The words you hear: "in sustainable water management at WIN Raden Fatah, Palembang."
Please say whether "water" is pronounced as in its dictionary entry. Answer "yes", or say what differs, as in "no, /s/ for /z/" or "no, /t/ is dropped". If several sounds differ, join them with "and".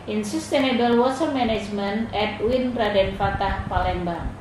no, /s/ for /t/